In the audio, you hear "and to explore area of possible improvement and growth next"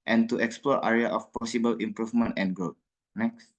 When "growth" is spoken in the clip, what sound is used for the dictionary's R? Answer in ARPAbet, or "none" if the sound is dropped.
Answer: none